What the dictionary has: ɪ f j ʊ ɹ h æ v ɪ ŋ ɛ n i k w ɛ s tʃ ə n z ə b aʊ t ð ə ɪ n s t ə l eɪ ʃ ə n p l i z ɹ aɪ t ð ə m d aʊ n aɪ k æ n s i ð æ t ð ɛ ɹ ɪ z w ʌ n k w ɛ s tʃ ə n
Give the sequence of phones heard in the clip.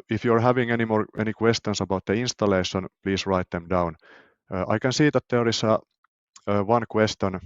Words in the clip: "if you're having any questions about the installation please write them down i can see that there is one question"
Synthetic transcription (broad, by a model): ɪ f j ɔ ɹ h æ v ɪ ŋ ɛ n i k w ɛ s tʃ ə n s ə b aʊ t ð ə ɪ n s t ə l eɪ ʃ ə n p l i s ɹ aɪ t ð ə m d aʊ n aɪ k æ n s i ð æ t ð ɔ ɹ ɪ s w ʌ n k w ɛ s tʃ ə n